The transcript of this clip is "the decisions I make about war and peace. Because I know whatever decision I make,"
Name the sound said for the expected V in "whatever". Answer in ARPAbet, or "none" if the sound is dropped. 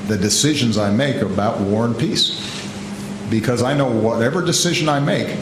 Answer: V